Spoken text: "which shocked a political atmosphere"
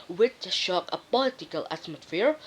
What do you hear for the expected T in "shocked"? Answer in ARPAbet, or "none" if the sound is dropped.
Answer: none